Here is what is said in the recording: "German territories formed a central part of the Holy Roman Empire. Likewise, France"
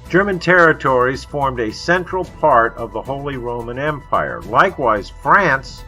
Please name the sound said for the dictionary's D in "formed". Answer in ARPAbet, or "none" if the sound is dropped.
D